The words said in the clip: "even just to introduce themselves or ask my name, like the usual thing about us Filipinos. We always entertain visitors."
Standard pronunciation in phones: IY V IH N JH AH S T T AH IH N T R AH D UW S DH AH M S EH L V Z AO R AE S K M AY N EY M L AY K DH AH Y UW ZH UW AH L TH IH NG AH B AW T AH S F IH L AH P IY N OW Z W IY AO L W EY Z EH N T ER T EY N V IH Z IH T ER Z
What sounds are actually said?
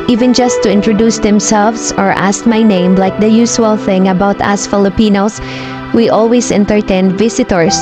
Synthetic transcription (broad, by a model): IY V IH N JH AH S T T AH IH N T R AH D UW S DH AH M S EH L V S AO R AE S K M AY N EY M L AY K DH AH Y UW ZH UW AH L TH IH NG AH B AW T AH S F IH L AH P IY N OW S W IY AO L W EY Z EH N T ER T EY N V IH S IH T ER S